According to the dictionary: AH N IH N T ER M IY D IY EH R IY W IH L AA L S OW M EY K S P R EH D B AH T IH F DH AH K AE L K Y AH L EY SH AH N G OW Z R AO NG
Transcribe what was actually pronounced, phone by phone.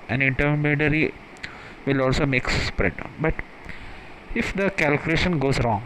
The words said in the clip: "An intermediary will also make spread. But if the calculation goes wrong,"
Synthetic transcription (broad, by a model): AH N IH N T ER M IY D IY R IY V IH L AA L S OW M EY K S P R EH D B AH T IH F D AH K AE L K Y AH L EY SH AH N G OW Z R AO NG